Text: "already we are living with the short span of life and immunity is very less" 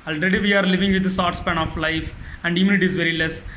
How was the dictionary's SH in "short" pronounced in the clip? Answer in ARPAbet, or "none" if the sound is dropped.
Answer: S